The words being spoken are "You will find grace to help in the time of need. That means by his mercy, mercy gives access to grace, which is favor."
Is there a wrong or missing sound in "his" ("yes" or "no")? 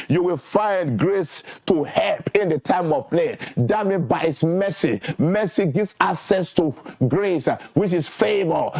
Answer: yes